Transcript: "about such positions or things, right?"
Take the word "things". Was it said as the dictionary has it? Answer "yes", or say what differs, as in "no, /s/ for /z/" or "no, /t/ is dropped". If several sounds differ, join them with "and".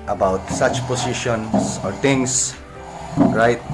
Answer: no, /t/ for /θ/ and /s/ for /z/